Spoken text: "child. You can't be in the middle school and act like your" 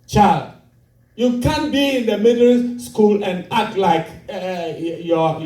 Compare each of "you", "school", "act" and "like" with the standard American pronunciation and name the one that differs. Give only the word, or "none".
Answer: act